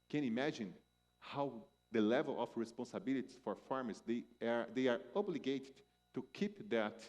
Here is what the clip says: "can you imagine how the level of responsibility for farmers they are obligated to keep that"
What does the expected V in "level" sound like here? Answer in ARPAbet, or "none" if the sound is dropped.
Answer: V